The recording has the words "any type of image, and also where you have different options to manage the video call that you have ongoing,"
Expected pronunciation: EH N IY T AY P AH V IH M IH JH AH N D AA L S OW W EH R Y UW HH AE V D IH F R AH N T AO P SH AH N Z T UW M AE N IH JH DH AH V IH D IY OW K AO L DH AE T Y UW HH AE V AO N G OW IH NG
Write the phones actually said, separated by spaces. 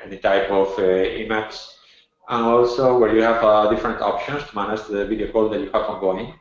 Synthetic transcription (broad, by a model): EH N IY T AY P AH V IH M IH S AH N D AA L S OW W EH R Y UW HH AE V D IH F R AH N T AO P SH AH N S T UW M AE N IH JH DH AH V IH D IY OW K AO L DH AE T Y UW HH AE V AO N G OW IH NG